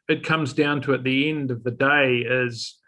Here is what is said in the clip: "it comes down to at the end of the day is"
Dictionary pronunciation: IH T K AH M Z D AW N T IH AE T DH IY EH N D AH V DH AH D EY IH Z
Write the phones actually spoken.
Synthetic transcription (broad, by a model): IH T K AH M Z D AW N T IH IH T DH IY EH N D AH V DH AH D EY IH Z